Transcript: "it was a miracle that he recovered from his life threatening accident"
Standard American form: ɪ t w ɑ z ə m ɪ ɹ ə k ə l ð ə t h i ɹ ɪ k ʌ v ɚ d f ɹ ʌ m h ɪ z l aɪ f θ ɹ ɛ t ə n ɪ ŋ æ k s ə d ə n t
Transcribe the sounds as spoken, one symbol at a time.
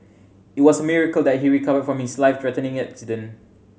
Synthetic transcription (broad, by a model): ɪ t w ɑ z ə m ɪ ɹ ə k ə l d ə t h i ɹ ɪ k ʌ v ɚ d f ɹ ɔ m h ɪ s l aɪ f t ɹ ɛ t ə n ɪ ŋ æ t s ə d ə n